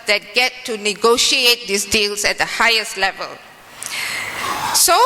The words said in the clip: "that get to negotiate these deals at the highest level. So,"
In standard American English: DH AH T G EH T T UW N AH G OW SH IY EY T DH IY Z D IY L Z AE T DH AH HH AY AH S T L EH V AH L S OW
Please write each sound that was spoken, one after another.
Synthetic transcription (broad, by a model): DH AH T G EH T T UW N AH G OW SH IY EY T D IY S D IY L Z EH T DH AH HH AY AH S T L EH V AH L S OW